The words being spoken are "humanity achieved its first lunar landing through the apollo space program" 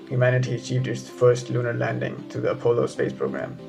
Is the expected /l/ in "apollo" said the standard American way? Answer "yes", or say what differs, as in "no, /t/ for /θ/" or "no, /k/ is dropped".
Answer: yes